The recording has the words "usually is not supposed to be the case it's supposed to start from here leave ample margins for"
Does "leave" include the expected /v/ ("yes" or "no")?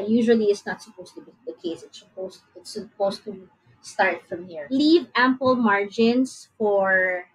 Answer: yes